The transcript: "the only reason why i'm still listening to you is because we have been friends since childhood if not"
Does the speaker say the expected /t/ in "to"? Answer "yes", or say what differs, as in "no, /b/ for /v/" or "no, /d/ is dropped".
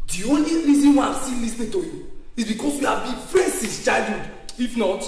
yes